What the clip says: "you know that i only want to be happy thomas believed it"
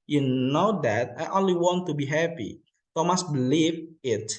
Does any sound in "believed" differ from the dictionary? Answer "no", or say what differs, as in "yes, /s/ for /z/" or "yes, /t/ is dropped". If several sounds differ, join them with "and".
yes, /d/ is dropped